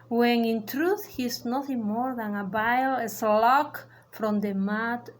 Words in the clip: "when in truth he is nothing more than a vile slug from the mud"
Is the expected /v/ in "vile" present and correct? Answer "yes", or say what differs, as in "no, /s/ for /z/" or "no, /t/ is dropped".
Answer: no, /b/ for /v/